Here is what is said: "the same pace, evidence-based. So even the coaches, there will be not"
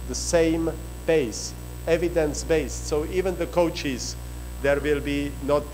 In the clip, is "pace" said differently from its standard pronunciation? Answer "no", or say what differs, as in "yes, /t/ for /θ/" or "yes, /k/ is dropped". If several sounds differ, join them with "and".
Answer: yes, /b/ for /p/